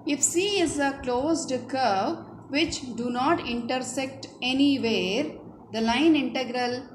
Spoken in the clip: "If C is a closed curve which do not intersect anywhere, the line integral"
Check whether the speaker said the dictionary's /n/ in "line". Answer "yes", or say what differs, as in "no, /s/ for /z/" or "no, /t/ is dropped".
yes